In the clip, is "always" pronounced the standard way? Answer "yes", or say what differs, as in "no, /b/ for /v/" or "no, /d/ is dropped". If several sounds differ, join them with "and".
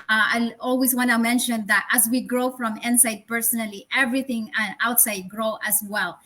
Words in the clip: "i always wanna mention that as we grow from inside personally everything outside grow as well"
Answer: no, /s/ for /z/